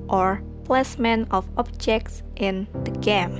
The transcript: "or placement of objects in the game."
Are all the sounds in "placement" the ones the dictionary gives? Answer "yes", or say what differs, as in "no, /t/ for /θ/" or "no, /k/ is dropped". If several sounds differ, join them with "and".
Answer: no, /t/ is dropped